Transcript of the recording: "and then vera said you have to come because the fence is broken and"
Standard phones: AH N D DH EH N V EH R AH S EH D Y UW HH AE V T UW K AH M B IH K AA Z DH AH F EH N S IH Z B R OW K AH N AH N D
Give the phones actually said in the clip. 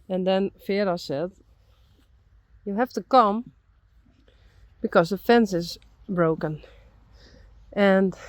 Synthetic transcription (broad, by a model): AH N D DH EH N F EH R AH S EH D Y UW HH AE F T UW K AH M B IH K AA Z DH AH F EH N S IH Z B R OW K AH N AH N